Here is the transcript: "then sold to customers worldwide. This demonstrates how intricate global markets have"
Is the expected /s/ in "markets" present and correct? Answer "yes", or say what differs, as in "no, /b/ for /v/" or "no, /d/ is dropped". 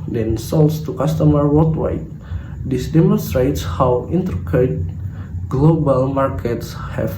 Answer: yes